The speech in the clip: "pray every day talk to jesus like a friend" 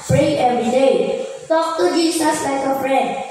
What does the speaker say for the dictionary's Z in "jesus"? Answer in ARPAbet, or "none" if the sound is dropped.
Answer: S